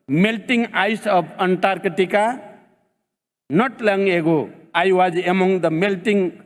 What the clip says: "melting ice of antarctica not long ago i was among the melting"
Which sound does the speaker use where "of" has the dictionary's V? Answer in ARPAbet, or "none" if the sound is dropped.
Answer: B